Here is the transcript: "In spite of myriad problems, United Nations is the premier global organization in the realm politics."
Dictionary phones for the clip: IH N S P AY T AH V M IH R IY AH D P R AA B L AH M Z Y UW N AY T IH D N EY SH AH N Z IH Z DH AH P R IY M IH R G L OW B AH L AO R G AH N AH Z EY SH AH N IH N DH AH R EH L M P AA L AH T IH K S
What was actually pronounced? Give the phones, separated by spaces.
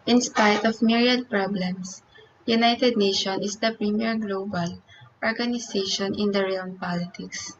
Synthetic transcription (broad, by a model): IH N S P AY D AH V M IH R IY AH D P R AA B L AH M S Y UW N AY T IH D N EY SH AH N IH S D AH P R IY M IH R G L OW B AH L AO R G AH N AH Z EY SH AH N IH N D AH R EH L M P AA L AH T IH K S